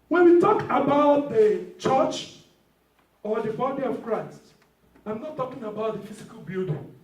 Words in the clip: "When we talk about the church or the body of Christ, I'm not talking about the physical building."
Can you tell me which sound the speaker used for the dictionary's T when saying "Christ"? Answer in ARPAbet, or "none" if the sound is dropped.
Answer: T